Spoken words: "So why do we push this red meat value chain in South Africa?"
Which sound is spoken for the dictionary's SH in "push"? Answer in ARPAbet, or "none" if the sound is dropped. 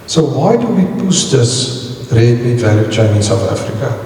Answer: S